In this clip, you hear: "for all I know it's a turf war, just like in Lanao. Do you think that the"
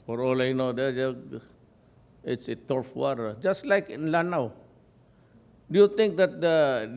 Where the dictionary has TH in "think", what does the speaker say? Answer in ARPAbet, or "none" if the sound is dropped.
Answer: T